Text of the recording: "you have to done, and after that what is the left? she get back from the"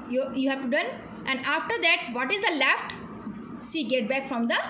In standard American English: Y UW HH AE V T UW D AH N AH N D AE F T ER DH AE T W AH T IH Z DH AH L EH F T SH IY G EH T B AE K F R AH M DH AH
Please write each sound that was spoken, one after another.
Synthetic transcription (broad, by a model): Y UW HH AE V T UW D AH N AH N D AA F T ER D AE T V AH T IH Z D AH L EH F T S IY G EH T B AE K F R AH M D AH